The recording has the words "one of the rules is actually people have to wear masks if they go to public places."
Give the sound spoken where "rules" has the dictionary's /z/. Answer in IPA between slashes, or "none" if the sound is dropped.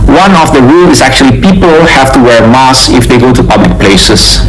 none